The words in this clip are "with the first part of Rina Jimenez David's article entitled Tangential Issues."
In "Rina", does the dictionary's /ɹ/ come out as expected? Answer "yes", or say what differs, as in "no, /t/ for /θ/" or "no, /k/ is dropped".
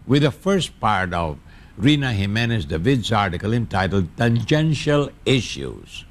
yes